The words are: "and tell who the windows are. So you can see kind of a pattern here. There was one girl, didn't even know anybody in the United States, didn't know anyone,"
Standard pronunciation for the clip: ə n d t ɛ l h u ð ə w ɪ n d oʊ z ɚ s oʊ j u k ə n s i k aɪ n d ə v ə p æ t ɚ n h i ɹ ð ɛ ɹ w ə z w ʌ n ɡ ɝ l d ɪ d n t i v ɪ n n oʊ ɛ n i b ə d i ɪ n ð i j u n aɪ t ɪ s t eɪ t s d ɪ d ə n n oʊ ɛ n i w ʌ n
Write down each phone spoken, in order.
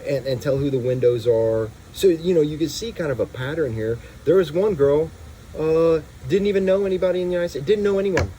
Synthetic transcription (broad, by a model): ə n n t ɛ l h u ð ə w ɪ n d oʊ z ɚ s oʊ j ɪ k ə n s i k aɪ n d ə v ə p æ t ɚ n h i ɹ ð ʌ ɹ z w ʌ n ɡ ɝ l d ɪ d n t i v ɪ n n oʊ ɛ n i b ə d i ɪ n ð i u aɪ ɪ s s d ɪ d n n oʊ ɛ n i w ʌ n